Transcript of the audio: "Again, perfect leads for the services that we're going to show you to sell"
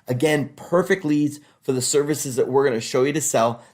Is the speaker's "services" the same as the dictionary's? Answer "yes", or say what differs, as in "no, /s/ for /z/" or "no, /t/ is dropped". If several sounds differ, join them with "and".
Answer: yes